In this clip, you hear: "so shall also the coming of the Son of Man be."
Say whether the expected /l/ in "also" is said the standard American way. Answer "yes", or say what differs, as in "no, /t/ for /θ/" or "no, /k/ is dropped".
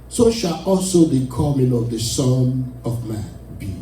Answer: yes